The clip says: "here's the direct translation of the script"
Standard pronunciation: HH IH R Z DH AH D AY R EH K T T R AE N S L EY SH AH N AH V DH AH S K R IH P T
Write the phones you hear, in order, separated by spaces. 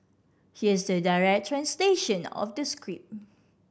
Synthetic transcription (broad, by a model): HH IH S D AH D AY R EH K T T R AE N S L EY SH AH N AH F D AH S K R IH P